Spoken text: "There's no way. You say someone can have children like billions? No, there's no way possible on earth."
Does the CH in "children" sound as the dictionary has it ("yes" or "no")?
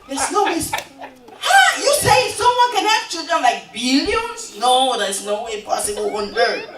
yes